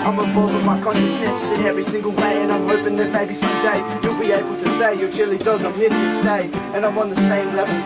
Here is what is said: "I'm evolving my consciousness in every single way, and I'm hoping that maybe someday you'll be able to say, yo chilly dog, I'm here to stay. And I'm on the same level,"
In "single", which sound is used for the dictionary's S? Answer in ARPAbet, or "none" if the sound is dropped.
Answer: S